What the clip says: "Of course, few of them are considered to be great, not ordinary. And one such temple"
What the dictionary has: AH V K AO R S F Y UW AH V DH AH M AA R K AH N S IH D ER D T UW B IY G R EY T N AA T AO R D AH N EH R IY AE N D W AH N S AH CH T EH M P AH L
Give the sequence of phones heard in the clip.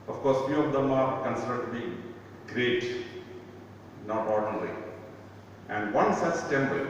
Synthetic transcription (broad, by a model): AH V K AO R S F Y UW AH V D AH M AA R K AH N S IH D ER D T UW B IY G R EY T N AA T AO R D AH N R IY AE N D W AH N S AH S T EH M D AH